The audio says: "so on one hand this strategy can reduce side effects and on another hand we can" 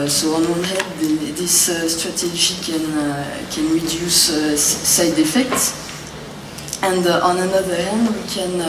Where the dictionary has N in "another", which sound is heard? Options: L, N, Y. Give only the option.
N